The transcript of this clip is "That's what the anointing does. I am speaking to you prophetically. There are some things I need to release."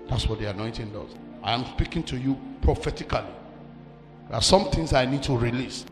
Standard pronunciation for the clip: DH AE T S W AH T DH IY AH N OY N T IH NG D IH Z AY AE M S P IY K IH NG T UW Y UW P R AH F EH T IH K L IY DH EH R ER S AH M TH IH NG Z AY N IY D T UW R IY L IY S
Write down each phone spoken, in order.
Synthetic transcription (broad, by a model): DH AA T S W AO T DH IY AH N OY N T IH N D IH Z AY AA M S P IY K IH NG T UW Y UW P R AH F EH T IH K IY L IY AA S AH M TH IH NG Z AY N IY D T UW R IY L IY S